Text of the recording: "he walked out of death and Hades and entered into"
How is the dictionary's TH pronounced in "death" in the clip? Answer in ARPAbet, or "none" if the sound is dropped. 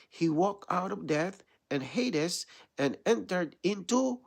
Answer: TH